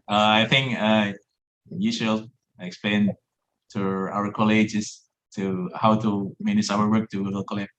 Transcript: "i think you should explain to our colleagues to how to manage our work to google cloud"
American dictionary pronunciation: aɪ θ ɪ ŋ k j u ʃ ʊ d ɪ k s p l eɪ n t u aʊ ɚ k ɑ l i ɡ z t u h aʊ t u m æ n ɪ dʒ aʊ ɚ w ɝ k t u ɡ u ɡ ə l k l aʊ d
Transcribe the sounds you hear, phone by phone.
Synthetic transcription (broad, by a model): aɪ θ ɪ ŋ k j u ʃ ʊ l ɪ k s p l eɪ n t u aʊ ɚ k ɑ l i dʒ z t u h aʊ t u m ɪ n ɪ ʃ aʊ ɚ w ɝ k t u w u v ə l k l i